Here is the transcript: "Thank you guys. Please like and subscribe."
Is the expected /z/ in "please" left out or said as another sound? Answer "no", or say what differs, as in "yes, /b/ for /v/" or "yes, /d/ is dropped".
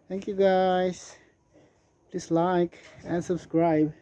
yes, /s/ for /z/